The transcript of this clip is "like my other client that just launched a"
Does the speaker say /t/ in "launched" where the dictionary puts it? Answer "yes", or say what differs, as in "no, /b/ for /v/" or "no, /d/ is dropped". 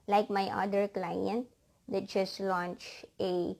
no, /t/ is dropped